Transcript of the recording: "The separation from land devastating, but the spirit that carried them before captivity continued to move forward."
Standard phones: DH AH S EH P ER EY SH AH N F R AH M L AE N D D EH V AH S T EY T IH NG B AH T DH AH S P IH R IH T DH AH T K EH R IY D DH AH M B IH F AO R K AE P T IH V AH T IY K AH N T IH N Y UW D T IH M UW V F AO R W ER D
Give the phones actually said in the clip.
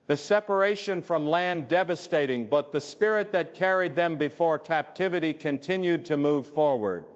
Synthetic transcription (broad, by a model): DH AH S EH P ER EY SH AH N F R AH M L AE N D D EH V AH S T EY T IH NG B AH T DH AH S P IH R IH T DH AH T K EH R IY D DH AH M B IH F AO R K AE P T IH V AH T IY K AH N T IH N Y UW D T IH M UW V F AO R W ER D